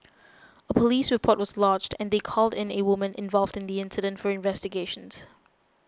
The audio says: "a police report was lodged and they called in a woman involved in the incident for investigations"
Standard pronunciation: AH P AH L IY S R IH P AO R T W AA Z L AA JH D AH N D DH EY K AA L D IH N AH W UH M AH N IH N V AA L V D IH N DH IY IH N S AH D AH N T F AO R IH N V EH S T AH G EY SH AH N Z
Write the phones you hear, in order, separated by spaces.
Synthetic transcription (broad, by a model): AH P AH L IY S R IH P AO T W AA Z L AA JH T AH N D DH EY K AA L D IH N AH W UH M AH N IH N V AA L V D IH N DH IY IH N S AH D AH N T F AO R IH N V EH S T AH G EY SH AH N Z